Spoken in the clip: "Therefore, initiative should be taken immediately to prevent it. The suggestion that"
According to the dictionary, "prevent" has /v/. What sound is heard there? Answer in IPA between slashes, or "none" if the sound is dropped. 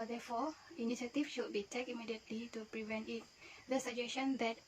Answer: /v/